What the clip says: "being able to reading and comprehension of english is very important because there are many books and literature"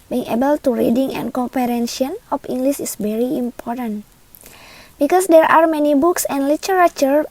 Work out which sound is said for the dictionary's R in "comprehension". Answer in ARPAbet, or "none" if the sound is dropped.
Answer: none